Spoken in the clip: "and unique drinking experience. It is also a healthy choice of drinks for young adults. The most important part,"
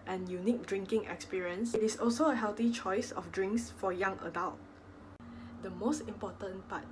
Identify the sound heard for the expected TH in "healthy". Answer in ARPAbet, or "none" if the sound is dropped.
T